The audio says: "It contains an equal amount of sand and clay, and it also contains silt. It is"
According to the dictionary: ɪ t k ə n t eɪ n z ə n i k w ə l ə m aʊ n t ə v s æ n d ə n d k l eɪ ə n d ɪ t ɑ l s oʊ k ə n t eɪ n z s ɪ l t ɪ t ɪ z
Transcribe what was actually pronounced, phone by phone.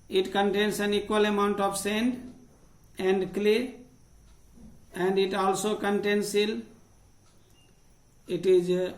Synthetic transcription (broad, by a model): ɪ t k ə n t eɪ n s ə n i k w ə l ə m aʊ n t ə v s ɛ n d ə n d k l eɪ ə n d ɪ t ɑ l s oʊ k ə n t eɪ n s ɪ l ɪ t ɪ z